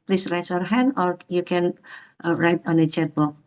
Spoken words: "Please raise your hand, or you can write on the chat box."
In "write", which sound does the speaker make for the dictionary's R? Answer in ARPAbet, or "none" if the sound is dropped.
R